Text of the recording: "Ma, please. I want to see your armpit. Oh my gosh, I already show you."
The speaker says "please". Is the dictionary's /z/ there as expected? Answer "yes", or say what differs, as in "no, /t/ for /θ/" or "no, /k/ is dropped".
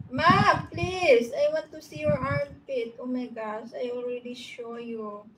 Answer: no, /s/ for /z/